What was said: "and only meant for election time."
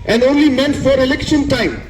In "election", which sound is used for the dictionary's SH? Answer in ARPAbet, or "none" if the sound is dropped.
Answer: SH